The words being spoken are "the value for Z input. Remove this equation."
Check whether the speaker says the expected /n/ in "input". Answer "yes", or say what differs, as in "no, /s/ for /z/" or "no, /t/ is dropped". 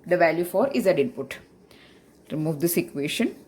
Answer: yes